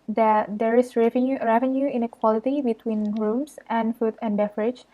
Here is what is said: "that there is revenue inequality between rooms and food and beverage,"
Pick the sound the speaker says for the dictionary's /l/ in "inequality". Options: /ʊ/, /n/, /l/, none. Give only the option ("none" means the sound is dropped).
/l/